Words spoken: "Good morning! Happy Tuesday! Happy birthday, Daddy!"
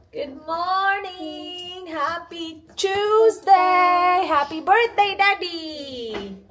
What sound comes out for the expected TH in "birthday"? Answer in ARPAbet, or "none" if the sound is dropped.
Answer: T